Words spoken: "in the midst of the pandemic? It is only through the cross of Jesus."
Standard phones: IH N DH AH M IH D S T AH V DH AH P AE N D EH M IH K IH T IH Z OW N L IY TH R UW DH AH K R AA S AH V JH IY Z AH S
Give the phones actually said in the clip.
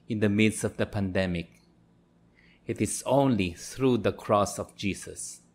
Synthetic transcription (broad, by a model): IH N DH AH M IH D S AH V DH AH P AE N D EH M IH K IH T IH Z OW N L IY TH R UW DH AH K R AA S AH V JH IY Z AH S